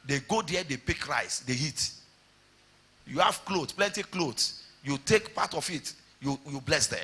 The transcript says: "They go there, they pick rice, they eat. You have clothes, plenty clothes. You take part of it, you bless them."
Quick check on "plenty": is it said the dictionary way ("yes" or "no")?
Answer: yes